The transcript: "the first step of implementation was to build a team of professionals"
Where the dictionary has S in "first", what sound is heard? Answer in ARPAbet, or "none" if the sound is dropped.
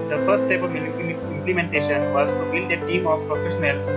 none